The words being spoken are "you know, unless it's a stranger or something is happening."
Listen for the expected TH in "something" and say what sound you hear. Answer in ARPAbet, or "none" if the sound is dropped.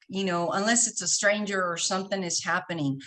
TH